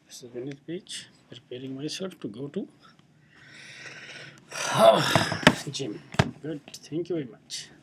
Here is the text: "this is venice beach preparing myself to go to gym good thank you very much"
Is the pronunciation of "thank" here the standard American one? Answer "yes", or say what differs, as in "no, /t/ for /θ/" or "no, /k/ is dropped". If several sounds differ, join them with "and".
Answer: no, /t/ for /θ/